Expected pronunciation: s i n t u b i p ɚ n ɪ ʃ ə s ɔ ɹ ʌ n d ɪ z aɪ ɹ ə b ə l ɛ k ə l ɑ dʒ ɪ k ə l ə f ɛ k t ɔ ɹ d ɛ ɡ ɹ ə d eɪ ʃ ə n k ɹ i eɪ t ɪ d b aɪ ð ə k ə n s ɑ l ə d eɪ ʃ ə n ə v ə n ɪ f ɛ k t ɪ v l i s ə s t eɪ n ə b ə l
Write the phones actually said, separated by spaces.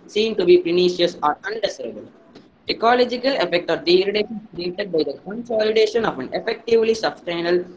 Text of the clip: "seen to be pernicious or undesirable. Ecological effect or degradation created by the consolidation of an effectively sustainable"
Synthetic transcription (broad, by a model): s i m t u b i p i n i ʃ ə s ɔ ɹ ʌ n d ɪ s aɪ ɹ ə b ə l ɛ k ə l ɑ dʒ ɪ k ə l ə f ɛ k t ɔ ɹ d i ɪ ɹ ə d eɪ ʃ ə n k ɹ i eɪ t ɪ d b aɪ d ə k ə n s ɑ l ə d eɪ ʃ ə n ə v ə n ɪ f ɛ k t ɪ v l i s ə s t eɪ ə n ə l